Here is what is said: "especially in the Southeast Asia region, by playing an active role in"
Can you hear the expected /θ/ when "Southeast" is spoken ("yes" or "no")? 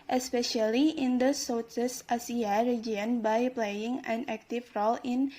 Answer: no